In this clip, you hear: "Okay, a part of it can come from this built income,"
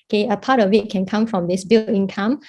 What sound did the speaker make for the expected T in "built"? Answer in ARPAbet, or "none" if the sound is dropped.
none